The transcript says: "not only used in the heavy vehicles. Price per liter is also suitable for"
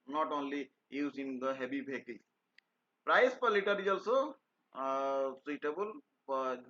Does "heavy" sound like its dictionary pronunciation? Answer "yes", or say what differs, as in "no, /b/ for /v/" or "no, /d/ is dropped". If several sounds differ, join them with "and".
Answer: no, /b/ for /v/